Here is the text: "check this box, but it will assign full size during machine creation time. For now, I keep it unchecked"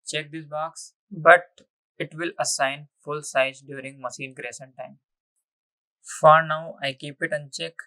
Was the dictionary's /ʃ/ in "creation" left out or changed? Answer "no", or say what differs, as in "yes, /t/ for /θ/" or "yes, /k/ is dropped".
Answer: yes, /s/ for /ʃ/